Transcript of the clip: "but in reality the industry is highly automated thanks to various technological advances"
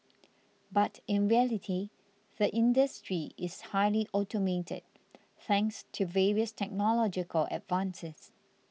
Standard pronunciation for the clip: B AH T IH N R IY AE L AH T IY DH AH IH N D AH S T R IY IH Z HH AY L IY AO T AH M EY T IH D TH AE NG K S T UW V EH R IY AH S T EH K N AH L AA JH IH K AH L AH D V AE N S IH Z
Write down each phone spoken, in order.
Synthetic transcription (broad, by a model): B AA T IH N R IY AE L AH T IY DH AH IH N D AH S T R IY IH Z HH AY L IY AO T AH M EY T IH D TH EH NG K S T UW V EH R IY AH S T EH K N AH L AA JH IH K AH L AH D V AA N S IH S